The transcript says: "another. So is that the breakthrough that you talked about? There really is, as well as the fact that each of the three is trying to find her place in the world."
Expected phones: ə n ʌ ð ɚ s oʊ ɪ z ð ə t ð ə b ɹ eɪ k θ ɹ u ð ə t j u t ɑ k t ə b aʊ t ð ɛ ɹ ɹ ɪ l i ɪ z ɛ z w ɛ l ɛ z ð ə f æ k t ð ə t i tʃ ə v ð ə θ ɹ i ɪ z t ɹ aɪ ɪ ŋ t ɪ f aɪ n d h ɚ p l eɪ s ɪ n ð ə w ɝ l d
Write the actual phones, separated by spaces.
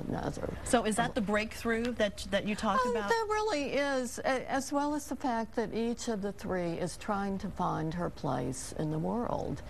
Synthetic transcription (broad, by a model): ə n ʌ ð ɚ s oʊ ɪ z ð ə t ð ə b ɹ eɪ k θ ɹ u ð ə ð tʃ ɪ t ɑ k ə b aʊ ð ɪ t ɹ ɪ l i ɪ z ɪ z w ɛ l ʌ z ð ə f æ k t ð ə t i tʃ ə v ð ə θ ɹ i ɪ z t ɹ aɪ ɪ ŋ t ɪ f aɪ n d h ɚ p l eɪ s ɪ n ð ə w ɝ l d